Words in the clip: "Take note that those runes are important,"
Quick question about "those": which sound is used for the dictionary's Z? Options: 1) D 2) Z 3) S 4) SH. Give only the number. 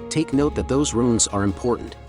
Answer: 2